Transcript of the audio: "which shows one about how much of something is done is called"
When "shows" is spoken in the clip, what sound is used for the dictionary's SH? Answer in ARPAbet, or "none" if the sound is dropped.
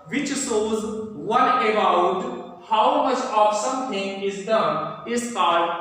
S